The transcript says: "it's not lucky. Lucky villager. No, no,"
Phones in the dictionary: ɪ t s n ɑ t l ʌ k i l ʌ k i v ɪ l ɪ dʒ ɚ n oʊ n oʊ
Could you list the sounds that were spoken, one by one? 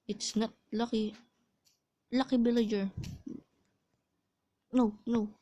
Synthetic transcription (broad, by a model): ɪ t s n ɑ t l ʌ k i l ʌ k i b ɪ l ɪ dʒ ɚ n oʊ n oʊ